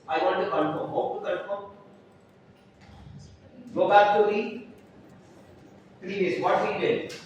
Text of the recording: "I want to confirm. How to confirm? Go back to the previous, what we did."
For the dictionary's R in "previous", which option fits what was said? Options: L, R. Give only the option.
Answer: L